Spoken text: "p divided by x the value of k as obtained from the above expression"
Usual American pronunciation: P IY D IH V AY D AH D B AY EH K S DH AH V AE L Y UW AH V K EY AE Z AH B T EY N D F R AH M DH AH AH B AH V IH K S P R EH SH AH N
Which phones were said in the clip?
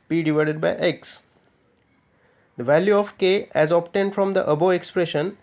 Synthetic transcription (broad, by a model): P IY D IH V AY D AH D B AY EH K S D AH V AE L Y UW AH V K EY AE Z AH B T EY N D F R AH M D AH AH B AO IH K S P R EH SH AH N